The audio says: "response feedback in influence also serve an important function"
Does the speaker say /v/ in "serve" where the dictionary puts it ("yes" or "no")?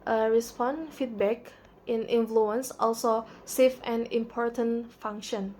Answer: no